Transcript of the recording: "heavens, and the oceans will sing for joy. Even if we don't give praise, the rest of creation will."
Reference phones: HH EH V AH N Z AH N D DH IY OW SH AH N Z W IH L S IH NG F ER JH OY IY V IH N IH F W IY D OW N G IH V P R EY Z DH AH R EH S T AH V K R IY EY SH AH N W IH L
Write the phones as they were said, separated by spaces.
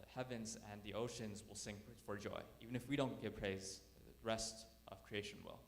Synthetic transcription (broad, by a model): HH EH V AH N Z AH N DH IY OW SH AH N Z W IH L S IH NG F ER JH OY IY V IH N IH F W IY D OW N G IH V P R EY Z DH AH R EH S T AH V K R IY EY SH AH N W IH L